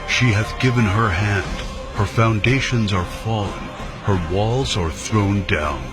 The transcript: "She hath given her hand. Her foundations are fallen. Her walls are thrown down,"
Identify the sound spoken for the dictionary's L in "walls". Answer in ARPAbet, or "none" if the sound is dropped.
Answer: L